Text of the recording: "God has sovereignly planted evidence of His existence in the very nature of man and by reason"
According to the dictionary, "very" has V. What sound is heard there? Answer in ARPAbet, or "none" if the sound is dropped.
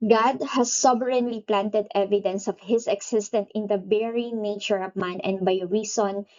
B